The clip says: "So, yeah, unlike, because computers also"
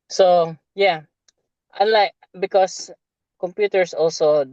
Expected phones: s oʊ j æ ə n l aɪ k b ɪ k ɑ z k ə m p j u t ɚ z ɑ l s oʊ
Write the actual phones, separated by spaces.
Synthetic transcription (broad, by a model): s oʊ j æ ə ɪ l aɪ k b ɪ k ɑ s k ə m p j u t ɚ s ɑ l s oʊ